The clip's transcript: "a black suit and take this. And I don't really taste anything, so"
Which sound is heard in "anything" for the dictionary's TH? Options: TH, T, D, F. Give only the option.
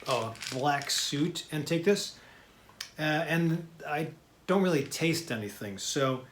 TH